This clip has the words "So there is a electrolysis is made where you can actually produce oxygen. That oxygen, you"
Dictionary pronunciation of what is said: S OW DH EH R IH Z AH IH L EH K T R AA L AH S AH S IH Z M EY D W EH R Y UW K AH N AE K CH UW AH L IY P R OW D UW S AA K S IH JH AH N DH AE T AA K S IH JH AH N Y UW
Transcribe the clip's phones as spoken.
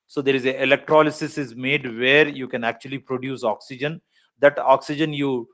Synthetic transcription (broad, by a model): S OW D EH R IH Z AH IH L EH K T R AA L AH S AH S IH Z M EY D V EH R Y UW K AH N AE K CH UW AH L IY P R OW D UW S AA K S IH JH AH N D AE T AA K S IH JH AH N Y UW